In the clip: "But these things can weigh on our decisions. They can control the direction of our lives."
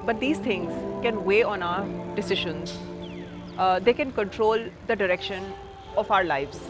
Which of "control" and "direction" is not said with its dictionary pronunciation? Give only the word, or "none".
none